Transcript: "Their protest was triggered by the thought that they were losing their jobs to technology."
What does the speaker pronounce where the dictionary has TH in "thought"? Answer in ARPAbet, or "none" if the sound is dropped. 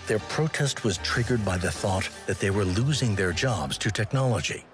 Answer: TH